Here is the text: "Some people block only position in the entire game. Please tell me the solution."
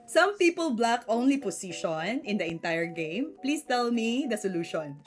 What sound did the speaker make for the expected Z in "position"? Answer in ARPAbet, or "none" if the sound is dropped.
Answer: S